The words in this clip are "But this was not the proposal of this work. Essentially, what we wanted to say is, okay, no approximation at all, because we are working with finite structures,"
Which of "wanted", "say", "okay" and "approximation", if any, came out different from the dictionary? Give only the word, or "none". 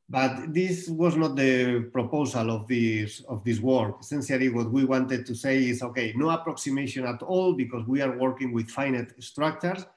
none